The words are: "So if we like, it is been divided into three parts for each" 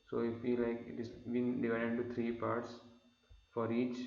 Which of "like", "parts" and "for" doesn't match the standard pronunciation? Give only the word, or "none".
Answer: none